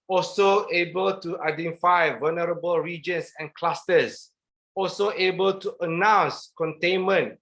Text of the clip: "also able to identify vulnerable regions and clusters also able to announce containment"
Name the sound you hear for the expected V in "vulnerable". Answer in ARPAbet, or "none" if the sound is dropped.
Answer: V